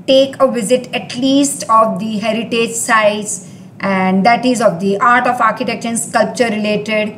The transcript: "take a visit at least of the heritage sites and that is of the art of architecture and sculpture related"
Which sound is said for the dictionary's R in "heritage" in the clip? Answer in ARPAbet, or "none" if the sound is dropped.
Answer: R